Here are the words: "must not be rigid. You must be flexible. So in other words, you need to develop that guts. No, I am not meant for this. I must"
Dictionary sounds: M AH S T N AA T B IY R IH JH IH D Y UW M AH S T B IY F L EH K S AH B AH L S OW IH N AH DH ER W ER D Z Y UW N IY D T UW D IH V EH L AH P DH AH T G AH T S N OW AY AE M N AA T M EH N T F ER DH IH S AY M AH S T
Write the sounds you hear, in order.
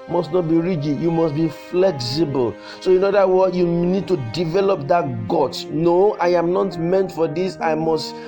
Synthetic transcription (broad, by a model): M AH S T N AA T B IY R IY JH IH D Y UW M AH S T B IY F L EH K S AH B AH L S OW IH N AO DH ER W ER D Y UW N IY D T UW D IH V EH L AH P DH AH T G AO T N OW AY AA M N AA T M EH N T F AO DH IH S AY M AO S T